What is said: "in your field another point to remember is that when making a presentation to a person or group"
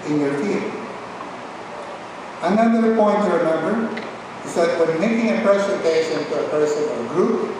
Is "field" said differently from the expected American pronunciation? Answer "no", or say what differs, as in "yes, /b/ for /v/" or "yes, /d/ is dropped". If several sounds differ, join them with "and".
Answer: yes, /d/ is dropped